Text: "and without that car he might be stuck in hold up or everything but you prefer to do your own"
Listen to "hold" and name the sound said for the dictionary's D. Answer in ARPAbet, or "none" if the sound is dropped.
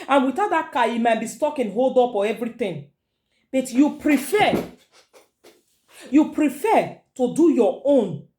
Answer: D